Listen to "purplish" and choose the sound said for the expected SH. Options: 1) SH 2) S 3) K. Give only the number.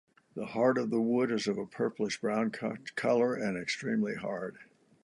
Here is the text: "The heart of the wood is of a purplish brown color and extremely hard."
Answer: 2